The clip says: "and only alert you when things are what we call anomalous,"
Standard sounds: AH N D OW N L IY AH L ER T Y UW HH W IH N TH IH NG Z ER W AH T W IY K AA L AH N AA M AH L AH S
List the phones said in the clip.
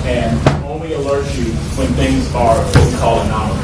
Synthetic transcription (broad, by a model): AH N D OW N L IY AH L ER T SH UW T W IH N TH IH NG Z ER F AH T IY K AA L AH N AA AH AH